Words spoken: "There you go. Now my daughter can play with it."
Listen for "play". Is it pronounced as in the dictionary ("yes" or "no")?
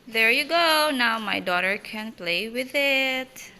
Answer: yes